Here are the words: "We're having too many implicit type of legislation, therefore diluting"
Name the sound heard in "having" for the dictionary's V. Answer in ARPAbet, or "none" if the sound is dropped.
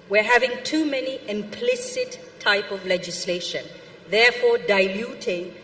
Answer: V